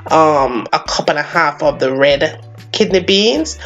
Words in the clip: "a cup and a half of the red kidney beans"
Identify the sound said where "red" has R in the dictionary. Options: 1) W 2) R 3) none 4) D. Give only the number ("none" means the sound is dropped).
2